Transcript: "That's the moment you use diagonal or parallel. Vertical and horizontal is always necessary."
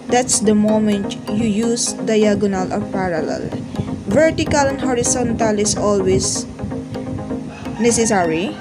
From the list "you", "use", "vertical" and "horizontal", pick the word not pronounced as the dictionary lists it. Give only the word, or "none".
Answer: horizontal